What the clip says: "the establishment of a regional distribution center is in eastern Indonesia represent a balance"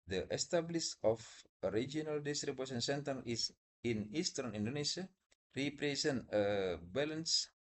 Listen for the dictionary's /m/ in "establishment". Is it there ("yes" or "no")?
no